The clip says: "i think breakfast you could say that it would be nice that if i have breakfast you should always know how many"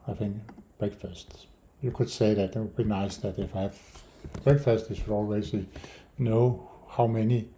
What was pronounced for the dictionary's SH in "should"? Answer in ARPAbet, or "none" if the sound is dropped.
S